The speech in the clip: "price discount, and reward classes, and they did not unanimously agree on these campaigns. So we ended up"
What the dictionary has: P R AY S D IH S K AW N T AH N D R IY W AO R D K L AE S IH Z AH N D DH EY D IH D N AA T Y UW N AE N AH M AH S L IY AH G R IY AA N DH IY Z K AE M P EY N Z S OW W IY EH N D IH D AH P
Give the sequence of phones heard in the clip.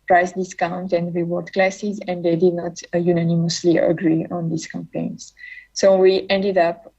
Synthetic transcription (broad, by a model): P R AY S D IH S K AW N T AH N D R IY W AO R D K L AE S IH Z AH N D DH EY D IH D N AA T Y UW N AE N AH M AH S L IY AH G R IY AA N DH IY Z K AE M P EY N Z S OW W IY EH N D IH D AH P